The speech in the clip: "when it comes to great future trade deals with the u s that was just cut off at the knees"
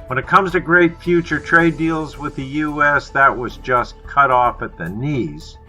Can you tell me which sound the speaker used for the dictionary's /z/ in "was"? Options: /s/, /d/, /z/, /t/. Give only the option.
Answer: /z/